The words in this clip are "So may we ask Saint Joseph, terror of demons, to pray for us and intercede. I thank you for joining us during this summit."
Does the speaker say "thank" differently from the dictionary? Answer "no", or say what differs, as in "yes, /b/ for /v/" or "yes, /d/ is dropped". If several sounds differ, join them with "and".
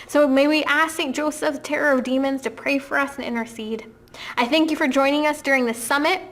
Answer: no